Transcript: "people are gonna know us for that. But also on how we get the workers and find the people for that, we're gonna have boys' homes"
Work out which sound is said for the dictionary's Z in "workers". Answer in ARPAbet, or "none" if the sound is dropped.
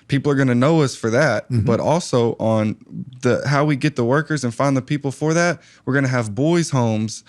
Z